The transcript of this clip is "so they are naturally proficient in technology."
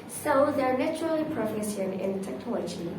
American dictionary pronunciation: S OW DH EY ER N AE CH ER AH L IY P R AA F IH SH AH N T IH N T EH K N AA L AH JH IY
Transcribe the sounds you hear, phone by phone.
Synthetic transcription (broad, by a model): S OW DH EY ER N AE CH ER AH L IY P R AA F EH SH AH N IH N T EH K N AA L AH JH IY